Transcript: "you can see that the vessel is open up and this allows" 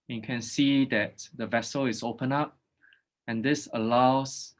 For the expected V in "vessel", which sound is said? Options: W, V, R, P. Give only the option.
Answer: V